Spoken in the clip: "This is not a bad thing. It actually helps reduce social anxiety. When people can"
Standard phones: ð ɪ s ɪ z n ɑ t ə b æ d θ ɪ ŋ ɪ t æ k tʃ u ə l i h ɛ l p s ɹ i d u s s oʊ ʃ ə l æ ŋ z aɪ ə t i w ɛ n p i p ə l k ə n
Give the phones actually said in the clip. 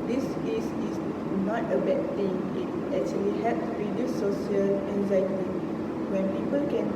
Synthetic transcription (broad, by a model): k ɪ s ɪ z n ɑ t ə b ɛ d t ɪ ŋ ɪ t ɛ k tʃ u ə l i h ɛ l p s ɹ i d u s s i ə l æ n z aɪ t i w ɛ n p i p ə l k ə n